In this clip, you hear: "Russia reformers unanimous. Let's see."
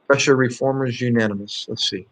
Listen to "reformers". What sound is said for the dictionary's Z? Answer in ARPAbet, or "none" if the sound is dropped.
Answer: Z